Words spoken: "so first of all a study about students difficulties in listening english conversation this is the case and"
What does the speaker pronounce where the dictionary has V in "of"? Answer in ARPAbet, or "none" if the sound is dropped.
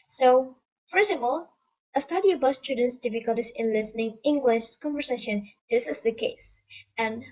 P